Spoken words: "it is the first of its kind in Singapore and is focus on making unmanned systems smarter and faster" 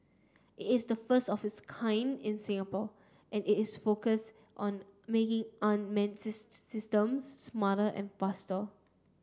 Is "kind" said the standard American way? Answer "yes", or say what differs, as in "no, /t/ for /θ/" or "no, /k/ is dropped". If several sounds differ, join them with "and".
yes